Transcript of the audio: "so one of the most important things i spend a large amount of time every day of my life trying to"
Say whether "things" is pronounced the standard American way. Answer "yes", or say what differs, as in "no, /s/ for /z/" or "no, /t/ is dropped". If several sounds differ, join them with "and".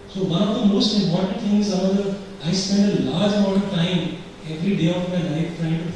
no, /t/ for /θ/